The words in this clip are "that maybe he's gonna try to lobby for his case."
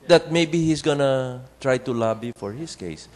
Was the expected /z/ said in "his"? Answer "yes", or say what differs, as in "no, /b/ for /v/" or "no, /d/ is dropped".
no, /s/ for /z/